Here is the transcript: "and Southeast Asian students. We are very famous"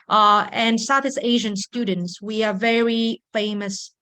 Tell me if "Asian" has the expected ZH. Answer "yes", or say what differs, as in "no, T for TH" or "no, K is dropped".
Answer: yes